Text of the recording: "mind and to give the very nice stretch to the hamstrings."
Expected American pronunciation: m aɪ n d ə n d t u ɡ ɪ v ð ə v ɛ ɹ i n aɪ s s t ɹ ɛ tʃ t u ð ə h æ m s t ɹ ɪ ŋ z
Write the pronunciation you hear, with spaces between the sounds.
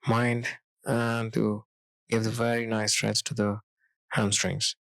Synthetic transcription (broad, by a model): m aɪ n d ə n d t u ɡ ɪ v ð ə v ɛ ɹ i n aɪ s s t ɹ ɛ s t u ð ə h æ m s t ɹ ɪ ŋ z